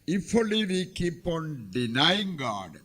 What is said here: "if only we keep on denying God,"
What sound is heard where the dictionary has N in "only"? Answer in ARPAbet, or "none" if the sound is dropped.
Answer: none